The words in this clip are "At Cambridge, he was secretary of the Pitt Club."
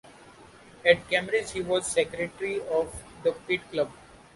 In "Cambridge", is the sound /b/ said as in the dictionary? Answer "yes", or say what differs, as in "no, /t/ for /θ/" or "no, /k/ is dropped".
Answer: no, /b/ is dropped